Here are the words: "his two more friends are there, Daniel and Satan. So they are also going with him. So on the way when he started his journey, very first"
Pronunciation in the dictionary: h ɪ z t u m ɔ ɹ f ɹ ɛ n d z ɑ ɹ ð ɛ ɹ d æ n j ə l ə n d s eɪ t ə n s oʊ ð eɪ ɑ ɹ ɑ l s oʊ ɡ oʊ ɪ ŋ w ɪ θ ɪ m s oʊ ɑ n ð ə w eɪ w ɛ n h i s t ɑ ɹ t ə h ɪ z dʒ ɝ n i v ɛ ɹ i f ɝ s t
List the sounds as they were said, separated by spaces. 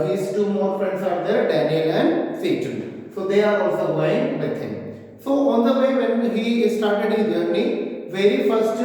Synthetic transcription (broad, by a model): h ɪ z t u m ɔ ɹ f ɹ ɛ n d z ɑ ɹ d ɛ ɹ d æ n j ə l ə n d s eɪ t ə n s oʊ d eɪ ɑ ɹ ɑ l s oʊ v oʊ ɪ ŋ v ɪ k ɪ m s oʊ ɑ n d ə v eɪ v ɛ n h i s t ɑ ɹ t ə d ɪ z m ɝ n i v ɛ ɹ i f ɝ s t